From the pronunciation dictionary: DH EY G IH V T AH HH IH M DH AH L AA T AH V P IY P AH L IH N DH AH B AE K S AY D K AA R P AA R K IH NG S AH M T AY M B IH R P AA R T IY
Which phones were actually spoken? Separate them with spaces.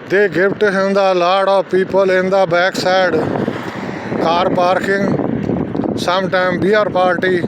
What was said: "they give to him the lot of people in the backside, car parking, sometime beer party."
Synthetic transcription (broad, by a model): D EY G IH P T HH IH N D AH L AA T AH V P IY P AH L IH N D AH B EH K S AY D K AA R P AA R K IH NG S AH M T AY M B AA R P AA R T IY